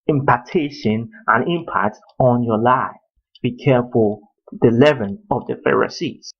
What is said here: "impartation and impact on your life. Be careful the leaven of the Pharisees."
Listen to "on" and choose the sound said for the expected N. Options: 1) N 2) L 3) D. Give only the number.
1